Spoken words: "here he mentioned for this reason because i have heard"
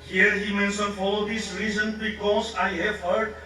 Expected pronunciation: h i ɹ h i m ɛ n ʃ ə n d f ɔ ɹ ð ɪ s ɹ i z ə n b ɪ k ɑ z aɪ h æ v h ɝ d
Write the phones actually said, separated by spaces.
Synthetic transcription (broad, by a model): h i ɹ h i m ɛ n s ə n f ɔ l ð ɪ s ɹ i z ə n b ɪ k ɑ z aɪ h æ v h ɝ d